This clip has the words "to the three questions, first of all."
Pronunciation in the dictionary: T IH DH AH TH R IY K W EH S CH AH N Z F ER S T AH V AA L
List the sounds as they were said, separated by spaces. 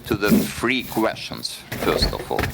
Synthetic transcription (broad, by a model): T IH DH AH F R IY K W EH S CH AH N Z F ER S T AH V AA L